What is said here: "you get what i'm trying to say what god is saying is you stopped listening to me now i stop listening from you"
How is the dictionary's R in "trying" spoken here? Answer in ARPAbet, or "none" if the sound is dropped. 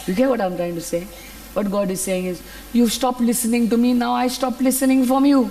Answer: R